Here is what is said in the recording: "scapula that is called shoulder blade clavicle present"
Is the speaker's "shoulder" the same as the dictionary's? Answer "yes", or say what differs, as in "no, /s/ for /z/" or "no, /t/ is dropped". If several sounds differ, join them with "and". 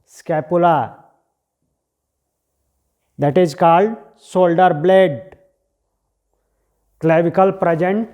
no, /s/ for /ʃ/